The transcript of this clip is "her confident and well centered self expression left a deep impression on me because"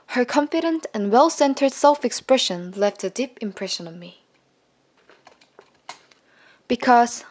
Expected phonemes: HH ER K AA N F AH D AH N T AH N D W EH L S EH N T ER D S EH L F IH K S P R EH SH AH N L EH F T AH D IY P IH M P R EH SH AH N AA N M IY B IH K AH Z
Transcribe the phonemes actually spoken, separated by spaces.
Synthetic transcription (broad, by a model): HH ER K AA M F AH D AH N T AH N W EH L S EH N T ER D S EH L F IH K S P R EH SH AH N L EH F T AH D IY P IH M P R EH SH AH N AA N M IY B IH K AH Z